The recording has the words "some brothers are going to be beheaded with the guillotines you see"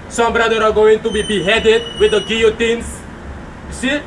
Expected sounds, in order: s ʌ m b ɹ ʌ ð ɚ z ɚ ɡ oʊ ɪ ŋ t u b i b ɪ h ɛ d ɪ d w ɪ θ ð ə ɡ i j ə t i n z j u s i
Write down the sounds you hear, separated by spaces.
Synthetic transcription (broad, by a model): s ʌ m b ɹ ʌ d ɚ ɑ ɡ oʊ ɪ ŋ t u b i b ɪ h ɛ d ɪ d w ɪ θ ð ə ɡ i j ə t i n s j u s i